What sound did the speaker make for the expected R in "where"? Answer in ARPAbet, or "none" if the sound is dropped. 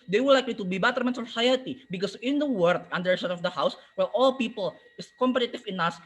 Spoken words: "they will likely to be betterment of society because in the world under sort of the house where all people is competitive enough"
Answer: L